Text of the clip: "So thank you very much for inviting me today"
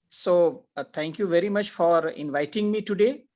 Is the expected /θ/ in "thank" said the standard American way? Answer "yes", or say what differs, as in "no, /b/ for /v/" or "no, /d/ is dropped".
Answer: no, /t/ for /θ/